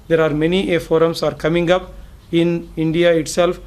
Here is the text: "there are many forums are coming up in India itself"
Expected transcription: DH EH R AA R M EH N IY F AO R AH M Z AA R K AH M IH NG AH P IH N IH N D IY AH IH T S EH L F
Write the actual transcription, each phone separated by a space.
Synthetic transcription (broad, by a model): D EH R AA R M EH N IY F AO R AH M S AA R K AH M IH NG AH P IH N IH N D IY AH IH T S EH L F